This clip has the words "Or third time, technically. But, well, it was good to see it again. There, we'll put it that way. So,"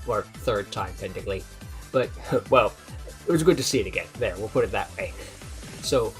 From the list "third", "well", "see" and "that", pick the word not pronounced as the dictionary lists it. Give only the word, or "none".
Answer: none